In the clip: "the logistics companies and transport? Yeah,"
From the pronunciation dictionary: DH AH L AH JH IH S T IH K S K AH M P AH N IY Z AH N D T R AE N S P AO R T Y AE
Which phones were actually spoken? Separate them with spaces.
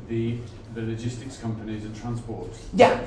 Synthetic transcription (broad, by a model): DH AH L AH JH IH S T IH K S K AH M P AH N IY Z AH N T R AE N S P AO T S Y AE